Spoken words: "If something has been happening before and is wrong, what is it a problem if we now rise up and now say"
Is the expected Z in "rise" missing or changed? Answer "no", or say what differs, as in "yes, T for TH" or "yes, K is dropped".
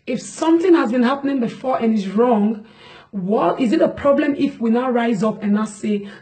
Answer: no